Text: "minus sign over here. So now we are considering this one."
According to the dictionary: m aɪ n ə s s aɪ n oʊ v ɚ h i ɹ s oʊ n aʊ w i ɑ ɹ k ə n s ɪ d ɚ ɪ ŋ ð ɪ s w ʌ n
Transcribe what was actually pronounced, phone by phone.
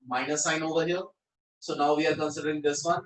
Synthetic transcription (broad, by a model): m aɪ n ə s s aɪ n oʊ v ɚ h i l s oʊ n aʊ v i ɑ ɹ k ə n s ɪ d ɚ ɪ ŋ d ɪ s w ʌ n